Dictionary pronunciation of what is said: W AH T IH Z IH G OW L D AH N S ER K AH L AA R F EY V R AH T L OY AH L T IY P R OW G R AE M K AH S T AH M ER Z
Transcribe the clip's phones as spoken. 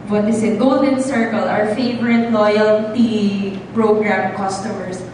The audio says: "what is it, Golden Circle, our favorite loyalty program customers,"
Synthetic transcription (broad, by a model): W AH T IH S IH G OW L D AH N S ER K AH L AA R F EY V R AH T L OY AH L T IY P R OW G R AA M K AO S T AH M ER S